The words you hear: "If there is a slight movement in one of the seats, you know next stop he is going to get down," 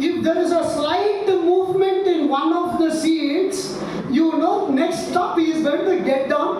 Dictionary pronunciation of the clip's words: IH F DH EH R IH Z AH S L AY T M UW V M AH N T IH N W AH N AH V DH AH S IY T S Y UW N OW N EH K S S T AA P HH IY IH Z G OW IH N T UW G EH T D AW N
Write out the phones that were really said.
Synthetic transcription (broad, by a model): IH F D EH R IH Z AH S L AY T M UW V M AH N T IH N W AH N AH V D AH S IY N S Y UW N OW N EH K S S T AA P HH IY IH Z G OW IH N T UW G EH T D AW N